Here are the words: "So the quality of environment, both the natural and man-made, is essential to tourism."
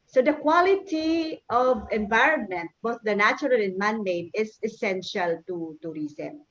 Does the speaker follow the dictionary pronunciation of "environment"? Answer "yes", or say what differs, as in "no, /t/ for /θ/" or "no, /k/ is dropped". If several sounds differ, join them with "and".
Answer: yes